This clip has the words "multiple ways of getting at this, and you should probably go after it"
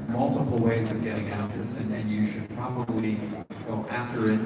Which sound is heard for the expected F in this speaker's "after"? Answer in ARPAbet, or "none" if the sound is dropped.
F